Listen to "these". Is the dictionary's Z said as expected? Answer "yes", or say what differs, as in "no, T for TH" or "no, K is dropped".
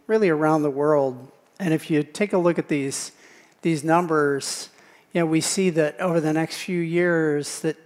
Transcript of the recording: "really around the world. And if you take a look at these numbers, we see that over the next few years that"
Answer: yes